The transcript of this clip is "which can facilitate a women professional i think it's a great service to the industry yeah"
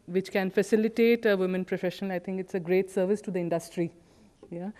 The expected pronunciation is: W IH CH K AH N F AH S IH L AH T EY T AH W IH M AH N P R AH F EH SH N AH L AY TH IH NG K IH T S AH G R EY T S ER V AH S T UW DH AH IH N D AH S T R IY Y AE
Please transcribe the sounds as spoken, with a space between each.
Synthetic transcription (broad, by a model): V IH CH K AH N F AH S IH L AH T EY T AH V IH M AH N P R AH F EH SH AH N AY T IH NG K IH T S AH G R EY T S ER V AH S T UW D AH IH N D AH S T R IY Y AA